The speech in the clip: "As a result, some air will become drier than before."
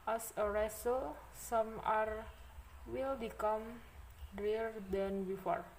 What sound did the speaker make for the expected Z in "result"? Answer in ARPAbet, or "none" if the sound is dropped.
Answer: S